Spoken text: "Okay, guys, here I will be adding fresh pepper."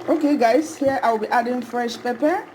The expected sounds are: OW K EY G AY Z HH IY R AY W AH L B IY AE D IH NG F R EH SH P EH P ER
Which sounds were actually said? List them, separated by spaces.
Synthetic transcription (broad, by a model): OW K EY G AY S HH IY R AY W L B IY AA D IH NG F R EH SH P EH P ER